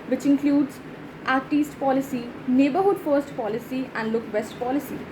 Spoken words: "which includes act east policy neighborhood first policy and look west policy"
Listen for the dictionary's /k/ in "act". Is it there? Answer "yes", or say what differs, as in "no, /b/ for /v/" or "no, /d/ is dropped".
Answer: no, /k/ is dropped